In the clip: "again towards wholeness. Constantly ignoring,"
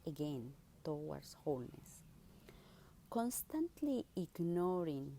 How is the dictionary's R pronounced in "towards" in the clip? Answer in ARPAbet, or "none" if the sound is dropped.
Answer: W